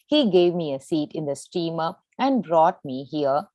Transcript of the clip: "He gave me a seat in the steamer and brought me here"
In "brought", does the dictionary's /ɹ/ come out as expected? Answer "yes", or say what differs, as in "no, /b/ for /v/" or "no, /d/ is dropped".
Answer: yes